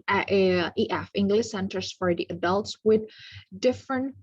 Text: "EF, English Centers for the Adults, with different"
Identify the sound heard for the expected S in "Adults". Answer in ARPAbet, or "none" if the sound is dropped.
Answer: S